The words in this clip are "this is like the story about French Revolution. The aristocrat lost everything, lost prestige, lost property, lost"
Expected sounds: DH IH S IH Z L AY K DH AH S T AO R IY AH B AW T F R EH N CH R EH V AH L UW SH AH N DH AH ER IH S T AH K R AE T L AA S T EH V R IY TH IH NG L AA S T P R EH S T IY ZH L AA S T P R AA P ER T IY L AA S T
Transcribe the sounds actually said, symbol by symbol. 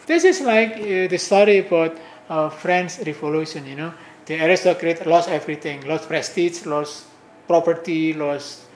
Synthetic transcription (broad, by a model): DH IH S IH S L AY K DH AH S T AO R IY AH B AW T F R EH N S R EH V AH L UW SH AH N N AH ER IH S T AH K R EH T L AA S EH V R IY T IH NG L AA S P R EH S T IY S L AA S P R AA P ER T IY L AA S